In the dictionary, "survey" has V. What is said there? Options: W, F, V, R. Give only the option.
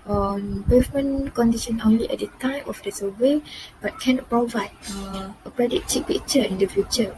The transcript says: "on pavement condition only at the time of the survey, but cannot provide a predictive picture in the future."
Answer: W